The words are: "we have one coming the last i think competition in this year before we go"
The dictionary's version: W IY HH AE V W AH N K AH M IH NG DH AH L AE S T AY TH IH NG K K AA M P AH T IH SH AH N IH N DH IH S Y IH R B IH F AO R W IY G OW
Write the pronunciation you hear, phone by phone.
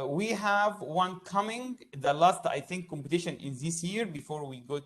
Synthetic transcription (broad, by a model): W IY HH AE V W AH N K AH M IH NG DH AH L AE S T AY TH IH NG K K AA M P AH T IH SH AH N IH N DH IH S Y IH R B IH F AO R W IY G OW